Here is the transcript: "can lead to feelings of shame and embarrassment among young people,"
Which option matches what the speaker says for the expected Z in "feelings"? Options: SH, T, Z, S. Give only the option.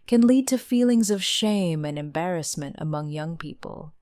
Z